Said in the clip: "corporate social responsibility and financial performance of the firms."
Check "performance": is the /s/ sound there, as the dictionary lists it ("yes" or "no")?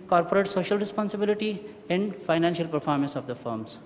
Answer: yes